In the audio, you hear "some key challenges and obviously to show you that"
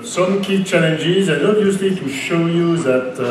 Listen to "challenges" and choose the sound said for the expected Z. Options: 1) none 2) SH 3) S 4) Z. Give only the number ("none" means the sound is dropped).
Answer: 4